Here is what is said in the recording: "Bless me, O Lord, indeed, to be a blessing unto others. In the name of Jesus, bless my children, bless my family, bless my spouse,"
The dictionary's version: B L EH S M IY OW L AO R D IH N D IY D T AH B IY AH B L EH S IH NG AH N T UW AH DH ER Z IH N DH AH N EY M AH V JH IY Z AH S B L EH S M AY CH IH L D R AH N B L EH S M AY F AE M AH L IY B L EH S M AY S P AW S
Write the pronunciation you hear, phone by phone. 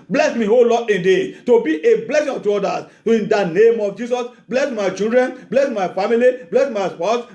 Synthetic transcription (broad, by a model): B L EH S M IY OW L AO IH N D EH T AH B IY AH B L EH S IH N T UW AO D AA S IH N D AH N EY M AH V JH IY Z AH S B L EH S M AY CH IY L D R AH N B L EH S M AY F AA M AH L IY B L EH S M AY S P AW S